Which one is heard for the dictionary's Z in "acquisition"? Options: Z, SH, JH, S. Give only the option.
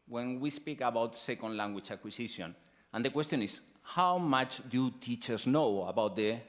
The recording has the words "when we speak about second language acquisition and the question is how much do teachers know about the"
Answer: S